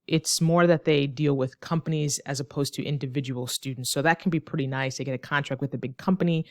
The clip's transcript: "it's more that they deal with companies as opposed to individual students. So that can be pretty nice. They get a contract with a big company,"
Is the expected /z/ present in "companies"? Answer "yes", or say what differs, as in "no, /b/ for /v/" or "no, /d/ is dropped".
yes